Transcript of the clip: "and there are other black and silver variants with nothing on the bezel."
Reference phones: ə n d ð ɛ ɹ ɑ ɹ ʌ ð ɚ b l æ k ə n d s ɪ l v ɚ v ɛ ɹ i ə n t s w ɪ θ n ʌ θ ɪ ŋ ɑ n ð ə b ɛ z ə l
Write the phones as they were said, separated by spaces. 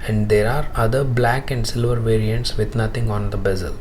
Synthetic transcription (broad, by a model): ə n d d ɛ ɹ ɑ ɹ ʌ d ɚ b l æ k ə n d s ɪ l v ɚ v ɛ ɹ i ə n t s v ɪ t n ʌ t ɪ ŋ ɑ n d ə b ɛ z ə l